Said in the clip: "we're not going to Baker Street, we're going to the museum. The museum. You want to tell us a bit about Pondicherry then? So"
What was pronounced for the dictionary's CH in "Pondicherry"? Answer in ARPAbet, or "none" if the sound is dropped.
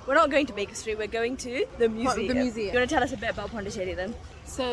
SH